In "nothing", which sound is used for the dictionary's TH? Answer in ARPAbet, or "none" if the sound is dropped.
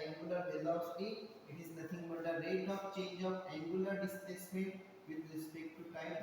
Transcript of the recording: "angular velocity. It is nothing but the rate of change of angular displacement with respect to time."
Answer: T